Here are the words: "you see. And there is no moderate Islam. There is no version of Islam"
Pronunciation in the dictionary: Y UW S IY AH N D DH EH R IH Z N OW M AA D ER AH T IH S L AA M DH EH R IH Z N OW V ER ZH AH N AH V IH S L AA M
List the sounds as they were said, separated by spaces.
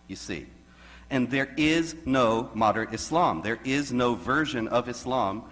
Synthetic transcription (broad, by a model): Y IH S IY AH N DH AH R IH Z N OW M AA D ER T IH S L AA M DH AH R IH Z N OW V ER ZH AH N AH V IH S L AA M